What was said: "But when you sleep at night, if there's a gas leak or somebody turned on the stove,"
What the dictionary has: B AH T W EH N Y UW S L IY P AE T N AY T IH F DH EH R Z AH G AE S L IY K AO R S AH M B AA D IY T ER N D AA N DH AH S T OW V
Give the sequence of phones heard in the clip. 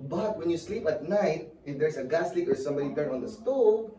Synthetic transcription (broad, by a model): B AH T W EH N Y UW S L IY P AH T N AY T IH F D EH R S AH G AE S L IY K AO R S AH M B AA D IY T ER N AA N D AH S T OW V